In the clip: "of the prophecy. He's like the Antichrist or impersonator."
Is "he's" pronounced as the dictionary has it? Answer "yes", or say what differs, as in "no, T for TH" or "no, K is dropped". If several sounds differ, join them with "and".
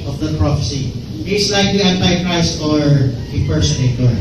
no, S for Z